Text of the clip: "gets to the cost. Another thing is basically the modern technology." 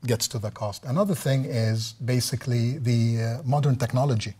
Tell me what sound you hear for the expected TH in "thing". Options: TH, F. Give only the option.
TH